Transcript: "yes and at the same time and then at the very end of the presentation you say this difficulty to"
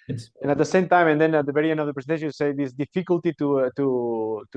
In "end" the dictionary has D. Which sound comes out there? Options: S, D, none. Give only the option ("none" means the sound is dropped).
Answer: none